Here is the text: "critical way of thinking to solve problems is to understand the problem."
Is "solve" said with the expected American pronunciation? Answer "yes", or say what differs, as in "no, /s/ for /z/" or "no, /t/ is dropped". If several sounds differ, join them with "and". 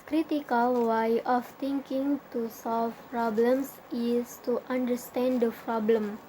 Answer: no, /f/ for /v/